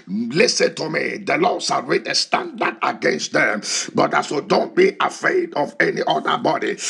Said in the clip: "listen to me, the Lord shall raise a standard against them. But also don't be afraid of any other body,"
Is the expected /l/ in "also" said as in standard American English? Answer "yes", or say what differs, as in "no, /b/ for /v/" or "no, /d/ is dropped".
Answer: no, /l/ is dropped